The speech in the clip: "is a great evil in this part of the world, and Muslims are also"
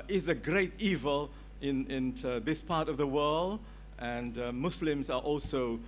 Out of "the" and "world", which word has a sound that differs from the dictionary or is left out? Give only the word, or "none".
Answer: none